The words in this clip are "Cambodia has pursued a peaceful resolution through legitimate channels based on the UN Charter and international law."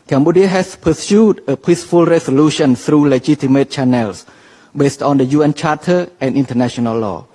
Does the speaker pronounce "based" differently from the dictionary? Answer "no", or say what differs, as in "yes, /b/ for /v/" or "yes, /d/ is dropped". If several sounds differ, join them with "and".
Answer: no